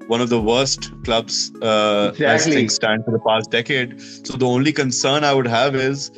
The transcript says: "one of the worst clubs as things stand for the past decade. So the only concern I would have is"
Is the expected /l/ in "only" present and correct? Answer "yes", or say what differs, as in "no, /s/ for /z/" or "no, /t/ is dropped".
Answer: yes